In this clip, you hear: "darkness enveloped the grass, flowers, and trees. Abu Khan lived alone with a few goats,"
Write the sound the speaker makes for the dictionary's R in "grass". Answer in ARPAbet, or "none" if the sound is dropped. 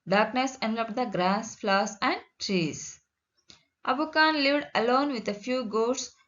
R